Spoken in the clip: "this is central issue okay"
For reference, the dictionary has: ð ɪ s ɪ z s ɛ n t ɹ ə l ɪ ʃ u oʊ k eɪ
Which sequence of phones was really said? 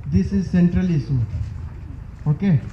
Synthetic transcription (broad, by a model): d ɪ s ɪ z s ɛ n t ɹ ə l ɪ s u oʊ k eɪ